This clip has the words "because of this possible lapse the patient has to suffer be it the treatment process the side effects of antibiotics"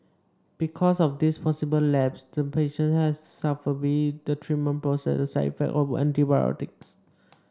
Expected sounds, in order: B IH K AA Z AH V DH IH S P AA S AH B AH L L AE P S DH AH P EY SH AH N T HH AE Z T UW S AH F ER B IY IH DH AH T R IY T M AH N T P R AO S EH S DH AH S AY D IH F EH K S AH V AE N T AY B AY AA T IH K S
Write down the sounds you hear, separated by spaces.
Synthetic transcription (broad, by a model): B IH K AA S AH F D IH S P AA S AH B AH L L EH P S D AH P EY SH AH N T HH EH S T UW S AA F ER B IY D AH T R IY M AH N P R AO S EH S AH S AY IH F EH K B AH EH N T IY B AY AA T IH K S